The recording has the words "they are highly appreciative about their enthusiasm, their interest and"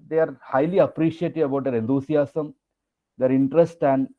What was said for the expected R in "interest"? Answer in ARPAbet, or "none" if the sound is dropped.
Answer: R